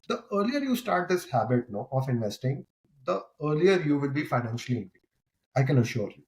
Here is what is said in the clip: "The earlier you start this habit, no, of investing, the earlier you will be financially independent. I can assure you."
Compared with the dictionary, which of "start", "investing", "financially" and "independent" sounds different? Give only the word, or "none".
independent